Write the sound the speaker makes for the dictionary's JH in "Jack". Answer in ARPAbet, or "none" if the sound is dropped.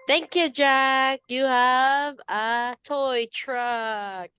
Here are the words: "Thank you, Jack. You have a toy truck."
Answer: JH